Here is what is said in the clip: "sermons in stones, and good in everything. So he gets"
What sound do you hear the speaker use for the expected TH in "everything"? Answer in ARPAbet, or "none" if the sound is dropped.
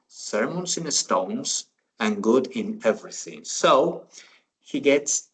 TH